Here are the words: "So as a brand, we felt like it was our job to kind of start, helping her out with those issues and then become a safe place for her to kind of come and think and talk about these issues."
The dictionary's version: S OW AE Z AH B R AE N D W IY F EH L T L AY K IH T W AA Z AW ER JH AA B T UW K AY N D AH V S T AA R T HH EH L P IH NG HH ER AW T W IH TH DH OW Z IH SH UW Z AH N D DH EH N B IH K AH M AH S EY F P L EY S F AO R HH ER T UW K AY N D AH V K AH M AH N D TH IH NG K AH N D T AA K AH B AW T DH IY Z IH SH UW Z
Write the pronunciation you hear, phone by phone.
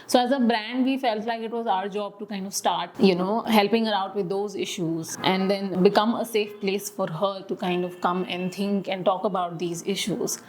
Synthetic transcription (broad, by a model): S OW AE Z AH B R AE N D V IY F EH L T L AY K IH T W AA Z AW ER JH AA B T UW K AY N D AH V S T AA R T HH EH L P IH NG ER AW T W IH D OW Z IH SH UW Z AH N D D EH N B IH K AH M AH S EY F P L EY S F AO R HH ER T UW K AY N D AH V K AH M AH N D T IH NG K AH N D T AA K AH B AW T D IY Z IH SH UW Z